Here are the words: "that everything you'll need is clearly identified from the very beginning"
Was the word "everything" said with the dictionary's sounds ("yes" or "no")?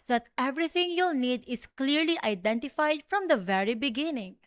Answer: no